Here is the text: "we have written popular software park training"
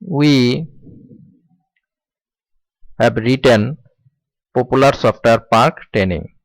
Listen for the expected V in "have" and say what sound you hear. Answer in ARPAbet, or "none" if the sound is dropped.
B